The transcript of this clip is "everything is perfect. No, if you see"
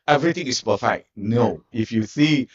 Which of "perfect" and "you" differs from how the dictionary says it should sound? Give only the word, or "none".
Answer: perfect